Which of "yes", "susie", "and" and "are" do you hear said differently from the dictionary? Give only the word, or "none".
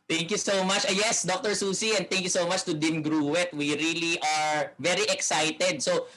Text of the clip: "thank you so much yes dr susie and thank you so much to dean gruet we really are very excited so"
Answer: susie